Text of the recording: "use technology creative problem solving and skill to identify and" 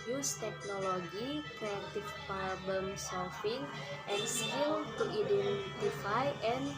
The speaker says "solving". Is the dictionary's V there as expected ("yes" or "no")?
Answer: no